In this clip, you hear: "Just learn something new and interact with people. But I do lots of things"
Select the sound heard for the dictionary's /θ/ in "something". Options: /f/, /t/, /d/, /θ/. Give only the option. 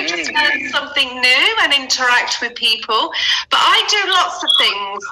/θ/